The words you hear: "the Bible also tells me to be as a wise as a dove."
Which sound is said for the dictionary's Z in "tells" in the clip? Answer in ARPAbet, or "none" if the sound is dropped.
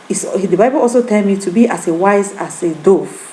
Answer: none